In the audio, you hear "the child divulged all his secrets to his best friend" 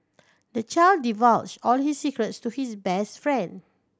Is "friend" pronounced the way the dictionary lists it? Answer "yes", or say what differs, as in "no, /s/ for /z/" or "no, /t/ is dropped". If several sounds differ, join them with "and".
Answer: yes